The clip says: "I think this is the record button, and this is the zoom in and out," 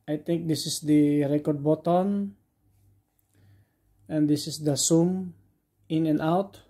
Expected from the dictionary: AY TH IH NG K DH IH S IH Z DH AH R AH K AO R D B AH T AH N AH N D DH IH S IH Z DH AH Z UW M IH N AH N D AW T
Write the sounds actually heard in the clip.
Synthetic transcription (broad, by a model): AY T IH NG K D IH S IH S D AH R AH K AO R D B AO T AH N AH N D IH S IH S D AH S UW M IH N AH N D AW T